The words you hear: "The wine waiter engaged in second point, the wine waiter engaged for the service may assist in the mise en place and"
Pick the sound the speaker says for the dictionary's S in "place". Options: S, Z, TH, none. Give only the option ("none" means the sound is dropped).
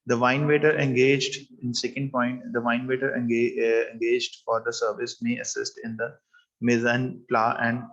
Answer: none